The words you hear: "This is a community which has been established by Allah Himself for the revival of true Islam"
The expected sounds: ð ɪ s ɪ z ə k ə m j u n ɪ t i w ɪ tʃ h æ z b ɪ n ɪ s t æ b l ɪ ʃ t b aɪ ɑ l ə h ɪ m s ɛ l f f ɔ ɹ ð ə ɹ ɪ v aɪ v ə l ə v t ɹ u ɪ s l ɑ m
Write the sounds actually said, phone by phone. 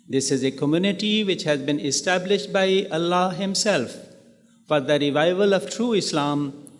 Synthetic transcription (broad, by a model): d ɪ s ɪ z ə k ə m j u n ɪ t i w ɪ tʃ h æ z b ɪ n ɪ s t æ b l ɪ ʃ t b aɪ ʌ l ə h ɪ m s ɛ l f f ɔ ɹ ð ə ɹ ɪ v aɪ v ə l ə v t ɹ u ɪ s l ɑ m